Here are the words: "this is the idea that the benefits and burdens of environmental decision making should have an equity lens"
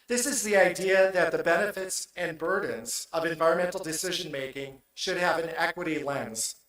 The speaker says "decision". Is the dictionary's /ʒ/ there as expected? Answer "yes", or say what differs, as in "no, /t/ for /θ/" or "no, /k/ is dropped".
yes